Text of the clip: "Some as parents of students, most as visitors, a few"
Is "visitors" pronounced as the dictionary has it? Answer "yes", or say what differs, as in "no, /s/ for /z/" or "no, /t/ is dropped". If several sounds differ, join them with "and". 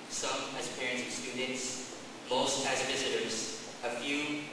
yes